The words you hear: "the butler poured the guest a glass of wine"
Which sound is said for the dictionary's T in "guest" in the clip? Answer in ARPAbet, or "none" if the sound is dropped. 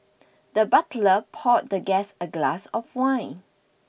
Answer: none